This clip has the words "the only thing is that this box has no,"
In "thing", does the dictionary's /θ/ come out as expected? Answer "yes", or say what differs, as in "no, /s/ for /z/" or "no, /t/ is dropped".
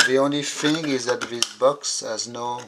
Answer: no, /f/ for /θ/